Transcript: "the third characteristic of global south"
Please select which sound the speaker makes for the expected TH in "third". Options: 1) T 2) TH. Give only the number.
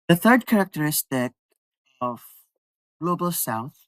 2